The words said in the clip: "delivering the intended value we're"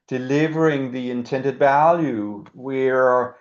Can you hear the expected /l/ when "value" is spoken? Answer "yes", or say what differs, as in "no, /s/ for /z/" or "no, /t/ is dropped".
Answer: yes